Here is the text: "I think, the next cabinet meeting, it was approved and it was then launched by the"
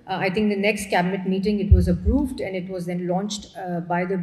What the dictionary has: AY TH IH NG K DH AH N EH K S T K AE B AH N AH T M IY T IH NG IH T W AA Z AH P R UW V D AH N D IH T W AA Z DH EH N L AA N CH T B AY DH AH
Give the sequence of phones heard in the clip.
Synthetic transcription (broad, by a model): AY T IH NG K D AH N EH K S T K AE B AH N AH T M IY T IH NG IH T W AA Z AH P R UW V D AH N D IH T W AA Z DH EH N L AA N CH T B AY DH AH